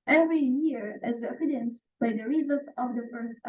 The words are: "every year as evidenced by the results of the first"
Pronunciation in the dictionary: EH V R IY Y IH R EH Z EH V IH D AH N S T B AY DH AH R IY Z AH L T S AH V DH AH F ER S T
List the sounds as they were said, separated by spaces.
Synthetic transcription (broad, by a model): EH V R IY Y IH R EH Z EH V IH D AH N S B AY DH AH R IY Z AH L T S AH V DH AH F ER S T